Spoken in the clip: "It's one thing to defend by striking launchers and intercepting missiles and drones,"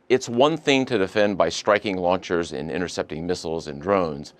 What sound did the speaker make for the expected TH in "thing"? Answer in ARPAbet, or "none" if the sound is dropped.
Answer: TH